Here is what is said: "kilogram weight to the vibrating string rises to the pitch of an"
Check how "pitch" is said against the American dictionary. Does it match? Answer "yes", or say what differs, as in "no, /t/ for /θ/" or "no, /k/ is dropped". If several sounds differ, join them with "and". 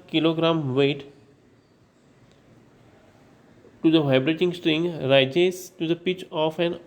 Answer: yes